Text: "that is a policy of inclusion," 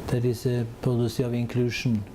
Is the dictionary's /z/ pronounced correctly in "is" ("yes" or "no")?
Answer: no